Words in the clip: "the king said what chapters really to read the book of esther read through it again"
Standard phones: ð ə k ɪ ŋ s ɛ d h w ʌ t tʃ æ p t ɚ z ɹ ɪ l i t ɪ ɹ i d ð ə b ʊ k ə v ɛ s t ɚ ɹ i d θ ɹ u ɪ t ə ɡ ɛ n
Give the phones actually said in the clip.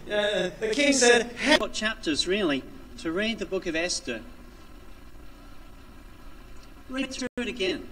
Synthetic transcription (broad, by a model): ð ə k ɪ ŋ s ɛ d h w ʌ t tʃ æ p t ɚ z ɹ ɪ l i t ɪ ɹ i d ð ə b ʊ k ə v ɛ s t ɚ ɹ i d θ ɹ u ɪ t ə ɡ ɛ n